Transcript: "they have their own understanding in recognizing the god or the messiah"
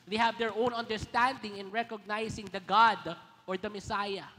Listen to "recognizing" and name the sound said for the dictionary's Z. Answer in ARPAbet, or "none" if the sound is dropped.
S